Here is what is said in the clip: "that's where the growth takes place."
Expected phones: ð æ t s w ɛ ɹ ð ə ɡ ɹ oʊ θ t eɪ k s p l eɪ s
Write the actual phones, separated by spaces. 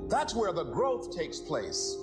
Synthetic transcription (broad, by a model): ð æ t s w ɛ ɹ ð ə ɡ ɹ oʊ θ t eɪ k s p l eɪ s